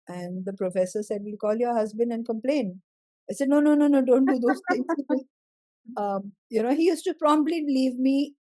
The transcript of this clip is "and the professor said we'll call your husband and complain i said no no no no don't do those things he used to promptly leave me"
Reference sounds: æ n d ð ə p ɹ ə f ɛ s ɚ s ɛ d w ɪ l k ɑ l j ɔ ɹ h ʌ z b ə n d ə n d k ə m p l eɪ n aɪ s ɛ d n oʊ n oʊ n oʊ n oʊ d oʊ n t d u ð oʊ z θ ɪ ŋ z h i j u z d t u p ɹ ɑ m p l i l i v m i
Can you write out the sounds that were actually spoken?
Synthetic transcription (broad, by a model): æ n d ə p ɹ ə f ɛ s ɚ s ɛ d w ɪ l k ɑ l j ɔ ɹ h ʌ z b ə n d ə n k ə m p l eɪ n aɪ s ɛ d n oʊ n oʊ n oʊ n oʊ d oʊ n t d u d oʊ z t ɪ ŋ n h i j u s t u p ɹ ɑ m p l i l i v m i